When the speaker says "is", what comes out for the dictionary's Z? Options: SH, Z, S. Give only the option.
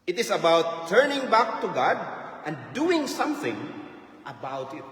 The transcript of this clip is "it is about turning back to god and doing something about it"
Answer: S